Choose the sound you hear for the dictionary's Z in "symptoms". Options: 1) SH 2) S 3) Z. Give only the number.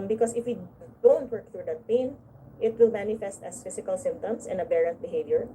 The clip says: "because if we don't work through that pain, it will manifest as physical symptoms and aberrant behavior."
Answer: 2